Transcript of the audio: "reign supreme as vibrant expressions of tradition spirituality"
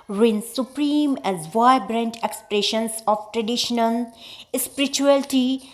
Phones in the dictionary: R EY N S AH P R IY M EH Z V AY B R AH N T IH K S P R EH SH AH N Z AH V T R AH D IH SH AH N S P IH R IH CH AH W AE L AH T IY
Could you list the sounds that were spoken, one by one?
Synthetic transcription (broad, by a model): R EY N S AH P R IY M EH Z V AY B R AH N T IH K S P R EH SH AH N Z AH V T R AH D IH SH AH N S P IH R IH CH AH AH L T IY